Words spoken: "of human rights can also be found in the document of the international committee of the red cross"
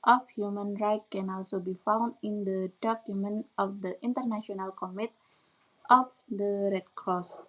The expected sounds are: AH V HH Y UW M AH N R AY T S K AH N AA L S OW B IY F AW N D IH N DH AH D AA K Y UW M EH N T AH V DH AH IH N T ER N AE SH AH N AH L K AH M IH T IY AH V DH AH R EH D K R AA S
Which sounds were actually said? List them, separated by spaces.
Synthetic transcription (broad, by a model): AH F HH Y UW M AH N R AY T K AH N AA L S OW B IY F AW N D IH N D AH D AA K Y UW M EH N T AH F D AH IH N T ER N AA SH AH N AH L K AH M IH T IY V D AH R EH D K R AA S